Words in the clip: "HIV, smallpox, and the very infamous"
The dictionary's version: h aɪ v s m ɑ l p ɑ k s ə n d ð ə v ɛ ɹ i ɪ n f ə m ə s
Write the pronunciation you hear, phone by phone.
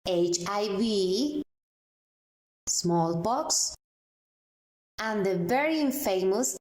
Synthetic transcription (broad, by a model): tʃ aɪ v s m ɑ l b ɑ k s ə n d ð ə v ɛ ɹ i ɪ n f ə m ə s